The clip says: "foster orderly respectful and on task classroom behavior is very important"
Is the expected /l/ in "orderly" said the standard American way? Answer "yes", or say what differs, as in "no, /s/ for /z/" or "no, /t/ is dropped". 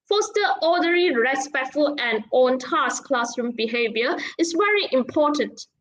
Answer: no, /l/ is dropped